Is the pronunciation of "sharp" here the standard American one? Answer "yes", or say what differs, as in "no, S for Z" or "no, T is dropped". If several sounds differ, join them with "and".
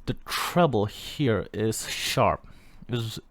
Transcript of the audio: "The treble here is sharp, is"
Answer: yes